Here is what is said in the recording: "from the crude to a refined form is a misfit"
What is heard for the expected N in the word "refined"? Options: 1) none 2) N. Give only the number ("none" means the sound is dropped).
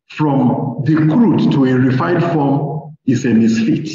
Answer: 1